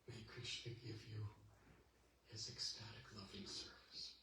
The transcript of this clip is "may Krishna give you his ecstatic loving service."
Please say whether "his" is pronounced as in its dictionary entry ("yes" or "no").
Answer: yes